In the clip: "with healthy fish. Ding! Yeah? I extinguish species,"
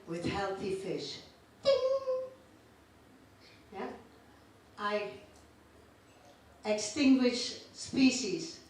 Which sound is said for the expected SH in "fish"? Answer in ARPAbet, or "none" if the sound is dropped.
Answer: SH